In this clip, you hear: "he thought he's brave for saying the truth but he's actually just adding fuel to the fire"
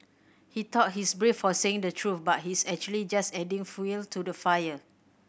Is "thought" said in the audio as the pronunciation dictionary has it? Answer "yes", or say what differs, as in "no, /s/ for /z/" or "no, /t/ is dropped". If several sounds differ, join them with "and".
no, /t/ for /θ/